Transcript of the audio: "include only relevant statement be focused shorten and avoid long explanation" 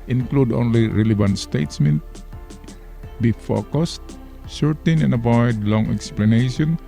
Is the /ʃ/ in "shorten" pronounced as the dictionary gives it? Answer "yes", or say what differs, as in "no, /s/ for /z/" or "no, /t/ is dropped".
no, /s/ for /ʃ/